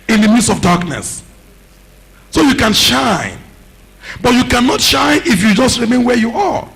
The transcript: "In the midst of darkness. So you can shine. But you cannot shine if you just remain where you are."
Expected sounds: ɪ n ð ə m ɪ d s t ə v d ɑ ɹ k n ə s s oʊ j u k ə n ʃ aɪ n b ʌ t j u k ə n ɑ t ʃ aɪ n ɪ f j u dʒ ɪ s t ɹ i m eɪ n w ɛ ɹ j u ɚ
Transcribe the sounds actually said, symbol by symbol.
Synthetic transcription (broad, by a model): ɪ n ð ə m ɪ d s ə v d ɑ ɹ k n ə s s oʊ j u k ə n ʃ aɪ n b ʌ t j u k ə n ɑ t ʃ aɪ n ɪ f j u dʒ ɪ s t ɹ i m eɪ n w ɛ j u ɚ